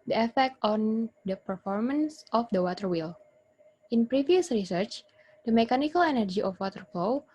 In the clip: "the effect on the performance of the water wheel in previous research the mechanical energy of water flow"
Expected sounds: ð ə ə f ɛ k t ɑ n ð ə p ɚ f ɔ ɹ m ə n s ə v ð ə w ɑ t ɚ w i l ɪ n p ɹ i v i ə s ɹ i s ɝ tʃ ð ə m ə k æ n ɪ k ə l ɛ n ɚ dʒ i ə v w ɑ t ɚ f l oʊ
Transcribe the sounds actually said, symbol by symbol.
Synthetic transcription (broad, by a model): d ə ə f ɛ k t ɑ n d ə p ɚ f ɔ ɹ m ə n s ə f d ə w ɑ t ɚ w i l ɪ n p ɹ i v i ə s ɹ i s ɝ tʃ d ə m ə k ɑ n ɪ k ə l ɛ n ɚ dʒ i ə f w ɑ t ɚ f l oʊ